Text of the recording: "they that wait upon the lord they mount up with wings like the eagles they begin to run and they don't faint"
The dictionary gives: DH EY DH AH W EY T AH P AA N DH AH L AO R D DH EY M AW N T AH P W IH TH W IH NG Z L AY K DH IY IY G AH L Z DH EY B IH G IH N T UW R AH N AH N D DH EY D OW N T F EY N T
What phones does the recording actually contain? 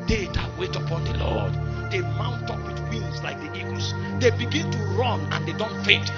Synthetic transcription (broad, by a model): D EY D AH W EY T AH P AA N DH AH L AO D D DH EY M AW N T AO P W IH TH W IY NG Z L AY K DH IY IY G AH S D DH EY B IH G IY N T UW R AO N AH N D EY D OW N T F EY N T